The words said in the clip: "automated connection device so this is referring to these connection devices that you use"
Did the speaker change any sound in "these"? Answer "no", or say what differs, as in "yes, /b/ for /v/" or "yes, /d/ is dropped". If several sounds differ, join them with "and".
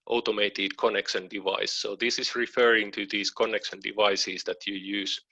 yes, /s/ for /z/